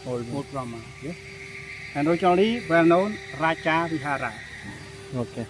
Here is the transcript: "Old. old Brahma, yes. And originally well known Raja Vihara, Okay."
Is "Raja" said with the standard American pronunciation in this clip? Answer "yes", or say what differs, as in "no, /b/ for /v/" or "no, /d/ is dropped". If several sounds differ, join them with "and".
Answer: no, /tʃ/ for /dʒ/